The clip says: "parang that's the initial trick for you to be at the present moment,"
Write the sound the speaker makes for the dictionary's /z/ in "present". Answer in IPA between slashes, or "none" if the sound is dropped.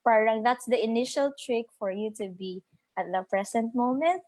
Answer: /s/